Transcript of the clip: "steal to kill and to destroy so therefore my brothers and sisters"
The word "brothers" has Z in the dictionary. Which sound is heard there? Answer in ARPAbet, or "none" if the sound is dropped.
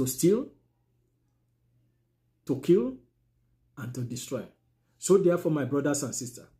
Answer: S